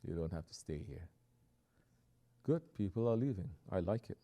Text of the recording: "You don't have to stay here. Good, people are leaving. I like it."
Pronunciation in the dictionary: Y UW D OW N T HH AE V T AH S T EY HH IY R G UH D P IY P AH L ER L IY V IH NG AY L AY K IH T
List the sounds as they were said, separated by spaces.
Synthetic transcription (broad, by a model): Y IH D OW N T HH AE F T AH S T EY HH IY R G UH D P IY P L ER L IY V IH NG AY L AY K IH T